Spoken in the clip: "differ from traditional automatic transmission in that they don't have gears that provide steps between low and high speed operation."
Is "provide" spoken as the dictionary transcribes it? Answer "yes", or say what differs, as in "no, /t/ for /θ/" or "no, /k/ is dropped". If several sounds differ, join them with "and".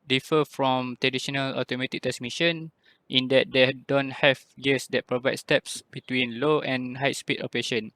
yes